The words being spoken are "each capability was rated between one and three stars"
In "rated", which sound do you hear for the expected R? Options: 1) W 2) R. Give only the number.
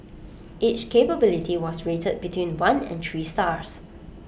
2